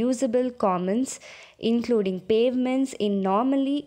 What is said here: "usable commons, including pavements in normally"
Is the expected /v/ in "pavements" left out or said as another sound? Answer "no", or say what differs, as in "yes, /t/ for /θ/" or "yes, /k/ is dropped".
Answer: no